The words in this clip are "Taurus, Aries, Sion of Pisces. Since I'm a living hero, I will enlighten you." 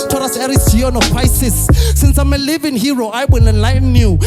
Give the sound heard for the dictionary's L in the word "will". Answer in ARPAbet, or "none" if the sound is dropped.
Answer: N